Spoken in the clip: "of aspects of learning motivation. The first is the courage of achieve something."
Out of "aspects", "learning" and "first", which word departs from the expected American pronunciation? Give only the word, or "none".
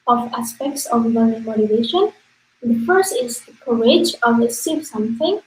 learning